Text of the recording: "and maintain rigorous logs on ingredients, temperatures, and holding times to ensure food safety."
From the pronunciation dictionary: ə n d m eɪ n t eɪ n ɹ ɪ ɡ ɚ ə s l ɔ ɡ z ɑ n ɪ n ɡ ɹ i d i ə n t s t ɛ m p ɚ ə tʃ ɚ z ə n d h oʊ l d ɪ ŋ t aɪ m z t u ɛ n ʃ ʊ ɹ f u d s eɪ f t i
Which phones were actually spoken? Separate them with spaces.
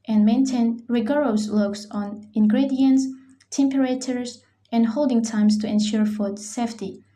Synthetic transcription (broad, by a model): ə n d m eɪ n t eɪ n ɹ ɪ ɡ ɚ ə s l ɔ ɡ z ɑ n ɪ n ɡ ɹ i d i ə n t s t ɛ m p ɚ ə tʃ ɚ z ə n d h oʊ l d ɪ ŋ t aɪ m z t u ɛ n ʃ ʊ ɹ f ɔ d s eɪ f t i